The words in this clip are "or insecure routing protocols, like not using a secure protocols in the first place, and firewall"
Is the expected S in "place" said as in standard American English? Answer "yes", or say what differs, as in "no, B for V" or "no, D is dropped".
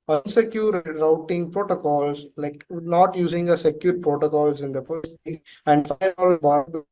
no, S is dropped